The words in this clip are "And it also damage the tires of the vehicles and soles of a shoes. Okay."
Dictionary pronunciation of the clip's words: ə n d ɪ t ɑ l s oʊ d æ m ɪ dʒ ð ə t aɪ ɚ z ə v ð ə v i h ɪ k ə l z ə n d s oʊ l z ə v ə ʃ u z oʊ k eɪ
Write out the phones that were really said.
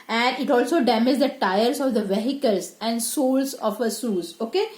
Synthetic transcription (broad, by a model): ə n d ɪ t ɑ l s oʊ d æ m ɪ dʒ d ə t aɪ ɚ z ə v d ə v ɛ h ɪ k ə l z ə n d s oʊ l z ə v ə s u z oʊ k eɪ